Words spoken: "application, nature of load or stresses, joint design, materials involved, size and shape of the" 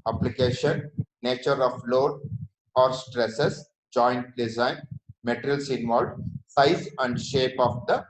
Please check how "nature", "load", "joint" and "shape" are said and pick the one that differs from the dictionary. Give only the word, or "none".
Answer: none